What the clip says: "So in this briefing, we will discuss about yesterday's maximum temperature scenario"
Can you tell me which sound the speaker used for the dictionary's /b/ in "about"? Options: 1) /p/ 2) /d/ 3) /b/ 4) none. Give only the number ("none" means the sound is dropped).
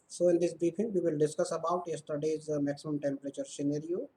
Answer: 3